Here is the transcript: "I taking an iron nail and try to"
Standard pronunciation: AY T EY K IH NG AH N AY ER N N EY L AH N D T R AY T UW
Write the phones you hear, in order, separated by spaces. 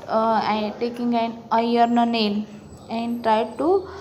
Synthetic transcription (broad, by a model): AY T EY K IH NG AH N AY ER N N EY N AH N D T R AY T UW